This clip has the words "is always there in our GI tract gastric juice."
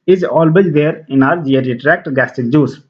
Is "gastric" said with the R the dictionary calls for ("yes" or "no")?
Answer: no